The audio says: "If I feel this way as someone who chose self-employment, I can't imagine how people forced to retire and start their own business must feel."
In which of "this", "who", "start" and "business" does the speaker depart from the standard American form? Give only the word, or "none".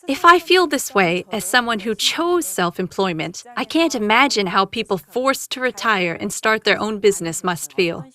none